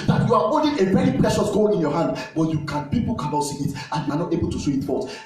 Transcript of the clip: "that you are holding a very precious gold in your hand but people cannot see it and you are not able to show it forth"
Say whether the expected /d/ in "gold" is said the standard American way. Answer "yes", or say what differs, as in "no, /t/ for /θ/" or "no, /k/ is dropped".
no, /d/ is dropped